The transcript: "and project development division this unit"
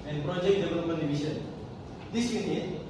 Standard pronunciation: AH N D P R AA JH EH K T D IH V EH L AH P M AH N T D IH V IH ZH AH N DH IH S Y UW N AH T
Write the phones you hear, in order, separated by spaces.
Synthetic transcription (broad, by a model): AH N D P R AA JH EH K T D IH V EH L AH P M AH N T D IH B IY S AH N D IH S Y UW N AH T